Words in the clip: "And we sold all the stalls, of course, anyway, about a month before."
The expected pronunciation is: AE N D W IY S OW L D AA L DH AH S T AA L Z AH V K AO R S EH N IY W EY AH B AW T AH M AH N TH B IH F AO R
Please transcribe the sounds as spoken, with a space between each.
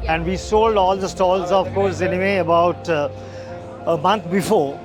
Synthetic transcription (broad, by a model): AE N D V IY S OW L D AA L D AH S T AA L Z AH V K AO R S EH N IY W EY AH B AW T AH M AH N T B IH F AO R